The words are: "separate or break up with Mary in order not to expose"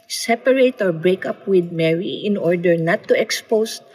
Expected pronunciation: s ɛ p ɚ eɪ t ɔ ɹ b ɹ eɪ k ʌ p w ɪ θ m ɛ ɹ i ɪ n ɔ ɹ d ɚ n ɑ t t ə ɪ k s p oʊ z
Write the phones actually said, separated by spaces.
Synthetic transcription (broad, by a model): s ɛ p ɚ eɪ t ɔ ɹ b ɹ eɪ k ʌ p w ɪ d m ɛ ɹ i ɪ n ɔ ɹ d ɚ n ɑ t t ə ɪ k s p oʊ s